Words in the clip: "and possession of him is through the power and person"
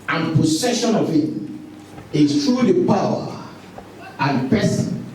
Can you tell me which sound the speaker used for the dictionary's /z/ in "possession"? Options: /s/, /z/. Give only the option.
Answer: /s/